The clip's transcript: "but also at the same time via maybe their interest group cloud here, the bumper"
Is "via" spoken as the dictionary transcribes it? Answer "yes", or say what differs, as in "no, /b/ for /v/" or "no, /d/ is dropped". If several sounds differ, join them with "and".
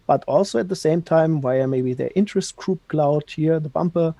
no, /w/ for /v/